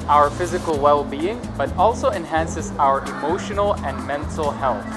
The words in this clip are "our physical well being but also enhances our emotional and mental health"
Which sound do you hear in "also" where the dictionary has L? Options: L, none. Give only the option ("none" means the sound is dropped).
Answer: L